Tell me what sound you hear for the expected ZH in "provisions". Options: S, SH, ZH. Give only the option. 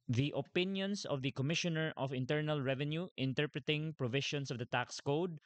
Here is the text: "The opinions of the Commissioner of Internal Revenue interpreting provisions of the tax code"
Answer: SH